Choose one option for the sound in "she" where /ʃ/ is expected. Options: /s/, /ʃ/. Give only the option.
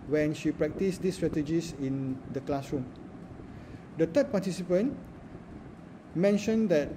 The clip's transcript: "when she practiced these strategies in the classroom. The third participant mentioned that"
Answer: /ʃ/